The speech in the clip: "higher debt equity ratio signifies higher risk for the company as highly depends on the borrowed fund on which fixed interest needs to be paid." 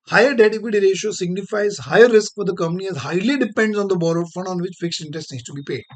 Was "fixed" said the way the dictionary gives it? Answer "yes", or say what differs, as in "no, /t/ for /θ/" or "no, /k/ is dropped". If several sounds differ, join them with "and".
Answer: no, /t/ is dropped